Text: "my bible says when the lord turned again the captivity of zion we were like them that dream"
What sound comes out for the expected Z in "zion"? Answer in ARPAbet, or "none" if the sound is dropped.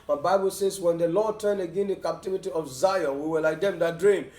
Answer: Z